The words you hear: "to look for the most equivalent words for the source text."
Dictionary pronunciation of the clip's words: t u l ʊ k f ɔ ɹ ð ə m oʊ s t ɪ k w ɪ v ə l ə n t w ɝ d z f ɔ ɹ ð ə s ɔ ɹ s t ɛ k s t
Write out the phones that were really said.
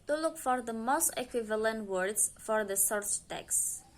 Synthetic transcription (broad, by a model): t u l ʊ k f ɔ ɹ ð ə m oʊ s t ɪ k w ɪ v ə l ə n t w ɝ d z f ɔ ɹ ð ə s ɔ ɹ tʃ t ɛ k s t